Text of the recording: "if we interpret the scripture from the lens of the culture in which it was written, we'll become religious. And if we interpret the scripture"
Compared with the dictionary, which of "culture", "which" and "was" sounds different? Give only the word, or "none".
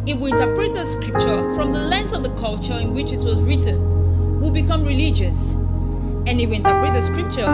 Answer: none